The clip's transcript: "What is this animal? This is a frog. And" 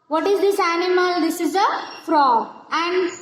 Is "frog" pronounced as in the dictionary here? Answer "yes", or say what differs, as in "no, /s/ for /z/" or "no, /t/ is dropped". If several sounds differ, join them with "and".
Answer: no, /ɡ/ is dropped